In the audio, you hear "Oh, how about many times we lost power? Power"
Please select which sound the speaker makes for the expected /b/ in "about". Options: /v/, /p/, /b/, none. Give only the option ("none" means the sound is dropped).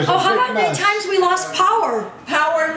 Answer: none